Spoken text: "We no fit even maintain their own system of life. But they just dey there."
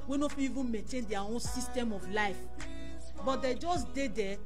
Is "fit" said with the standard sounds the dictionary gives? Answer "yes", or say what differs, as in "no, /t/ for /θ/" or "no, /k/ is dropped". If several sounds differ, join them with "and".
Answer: no, /t/ is dropped